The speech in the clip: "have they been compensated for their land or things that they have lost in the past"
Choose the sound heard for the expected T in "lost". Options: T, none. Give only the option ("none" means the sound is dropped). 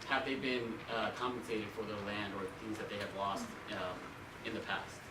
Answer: T